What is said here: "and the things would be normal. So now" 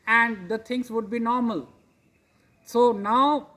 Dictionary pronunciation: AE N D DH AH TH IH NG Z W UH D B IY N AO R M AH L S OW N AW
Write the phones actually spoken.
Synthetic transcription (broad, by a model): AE N D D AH T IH NG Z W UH D B IY N AO R M AH L S OW N AW